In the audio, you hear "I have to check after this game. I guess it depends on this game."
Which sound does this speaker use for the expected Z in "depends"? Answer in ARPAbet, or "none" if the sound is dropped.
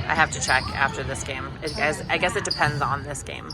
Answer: Z